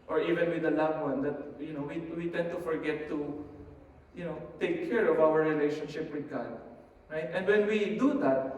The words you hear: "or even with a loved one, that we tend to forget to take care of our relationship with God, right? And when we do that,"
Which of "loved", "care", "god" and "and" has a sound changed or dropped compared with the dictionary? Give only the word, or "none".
loved